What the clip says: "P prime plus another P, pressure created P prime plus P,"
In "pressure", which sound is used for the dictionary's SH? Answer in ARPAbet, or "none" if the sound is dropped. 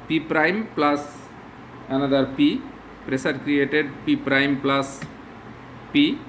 S